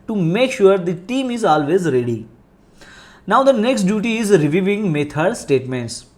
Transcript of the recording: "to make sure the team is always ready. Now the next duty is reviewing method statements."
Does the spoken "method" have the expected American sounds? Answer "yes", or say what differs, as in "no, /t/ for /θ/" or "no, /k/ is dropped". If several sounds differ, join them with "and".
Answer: no, /t/ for /θ/